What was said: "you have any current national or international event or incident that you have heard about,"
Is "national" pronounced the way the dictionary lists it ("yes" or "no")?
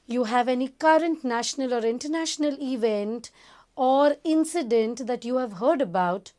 yes